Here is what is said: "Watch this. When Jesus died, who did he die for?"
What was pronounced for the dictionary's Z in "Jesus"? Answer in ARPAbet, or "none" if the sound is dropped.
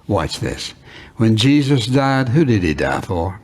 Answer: Z